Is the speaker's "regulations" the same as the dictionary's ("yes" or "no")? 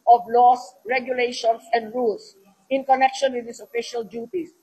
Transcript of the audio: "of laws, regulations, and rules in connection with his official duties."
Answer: no